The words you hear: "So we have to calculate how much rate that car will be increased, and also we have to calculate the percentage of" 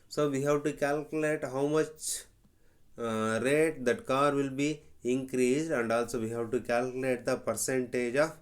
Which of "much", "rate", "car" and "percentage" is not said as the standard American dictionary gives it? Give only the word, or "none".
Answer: none